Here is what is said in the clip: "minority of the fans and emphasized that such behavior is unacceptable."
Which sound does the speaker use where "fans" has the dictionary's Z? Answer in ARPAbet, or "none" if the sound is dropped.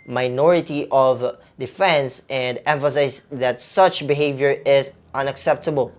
S